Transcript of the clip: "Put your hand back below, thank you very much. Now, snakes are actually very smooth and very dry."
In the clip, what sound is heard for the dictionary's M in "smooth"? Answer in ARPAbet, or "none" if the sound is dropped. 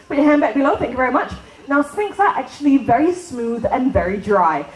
M